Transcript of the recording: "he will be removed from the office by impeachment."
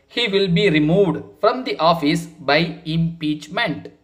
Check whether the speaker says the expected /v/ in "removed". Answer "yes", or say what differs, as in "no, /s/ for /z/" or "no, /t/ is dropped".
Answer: yes